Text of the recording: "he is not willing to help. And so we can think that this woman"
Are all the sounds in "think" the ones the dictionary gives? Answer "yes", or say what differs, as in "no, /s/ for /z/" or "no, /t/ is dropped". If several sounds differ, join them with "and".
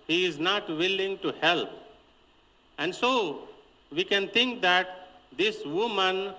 no, /t/ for /θ/